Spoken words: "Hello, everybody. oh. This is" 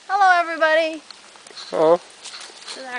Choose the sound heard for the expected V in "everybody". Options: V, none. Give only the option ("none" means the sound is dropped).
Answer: V